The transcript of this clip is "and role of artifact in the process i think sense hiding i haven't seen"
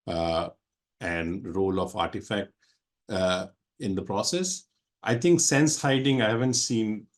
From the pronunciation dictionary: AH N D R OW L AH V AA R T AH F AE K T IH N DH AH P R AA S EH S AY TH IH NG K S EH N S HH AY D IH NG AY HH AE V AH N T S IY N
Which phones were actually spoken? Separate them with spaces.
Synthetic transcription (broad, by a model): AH N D R OW L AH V AA R T AH F AE K T IH N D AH P R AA S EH S AY T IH NG K S EH N S HH AY D IH NG AY HH AE V AH N T S IY N